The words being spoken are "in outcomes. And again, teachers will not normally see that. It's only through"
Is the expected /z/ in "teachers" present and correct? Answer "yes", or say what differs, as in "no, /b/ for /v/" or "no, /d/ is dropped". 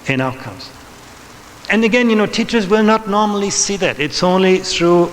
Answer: yes